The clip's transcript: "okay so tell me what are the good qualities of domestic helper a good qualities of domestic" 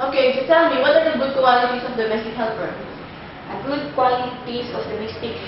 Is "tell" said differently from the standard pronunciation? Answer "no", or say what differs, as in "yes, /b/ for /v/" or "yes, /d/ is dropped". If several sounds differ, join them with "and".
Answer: yes, /s/ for /t/